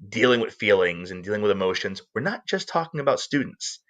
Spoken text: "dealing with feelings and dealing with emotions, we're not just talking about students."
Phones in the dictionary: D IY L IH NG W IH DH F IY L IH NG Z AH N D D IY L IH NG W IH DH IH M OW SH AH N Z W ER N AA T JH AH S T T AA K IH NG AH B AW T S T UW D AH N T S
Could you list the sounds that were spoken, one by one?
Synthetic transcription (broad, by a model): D IY L IH NG W IH DH F IY L IH NG Z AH N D D IY L IH NG W IH DH IH M OW SH AH N Z W ER N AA T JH AH S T T AA K IH NG AH B AW T S T UW D N T S